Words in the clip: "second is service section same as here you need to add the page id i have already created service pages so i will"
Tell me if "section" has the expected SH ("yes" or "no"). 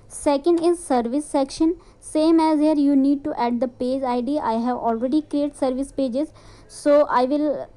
yes